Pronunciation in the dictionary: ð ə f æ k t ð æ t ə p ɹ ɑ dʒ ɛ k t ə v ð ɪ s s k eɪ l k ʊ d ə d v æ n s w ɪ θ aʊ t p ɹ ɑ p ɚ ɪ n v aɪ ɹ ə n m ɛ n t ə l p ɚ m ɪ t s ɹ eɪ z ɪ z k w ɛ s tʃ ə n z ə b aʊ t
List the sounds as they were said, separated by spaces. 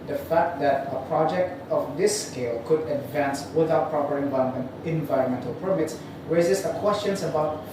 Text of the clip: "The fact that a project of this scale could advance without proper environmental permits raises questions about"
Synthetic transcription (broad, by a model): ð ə f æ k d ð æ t ə p ɹ ɑ dʒ ɛ k t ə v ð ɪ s s k eɪ l k ʊ d ə d v æ n s w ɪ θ aʊ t p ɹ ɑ p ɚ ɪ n v aɪ ɹ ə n m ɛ n t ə l p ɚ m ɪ t s ɹ eɪ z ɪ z k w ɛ s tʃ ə n s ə b aʊ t